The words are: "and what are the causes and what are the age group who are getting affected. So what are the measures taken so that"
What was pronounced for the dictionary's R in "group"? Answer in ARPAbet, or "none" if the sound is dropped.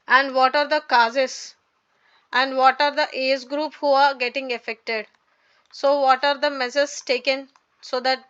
R